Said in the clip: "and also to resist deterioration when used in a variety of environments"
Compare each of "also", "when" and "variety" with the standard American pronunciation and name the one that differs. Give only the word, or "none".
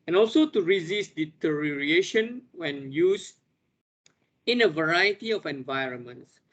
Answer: none